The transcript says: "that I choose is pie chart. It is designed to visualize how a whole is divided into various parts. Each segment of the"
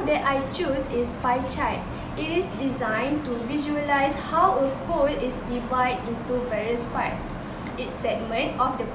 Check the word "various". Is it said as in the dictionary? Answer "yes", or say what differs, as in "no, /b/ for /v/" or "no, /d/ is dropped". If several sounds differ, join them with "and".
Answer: yes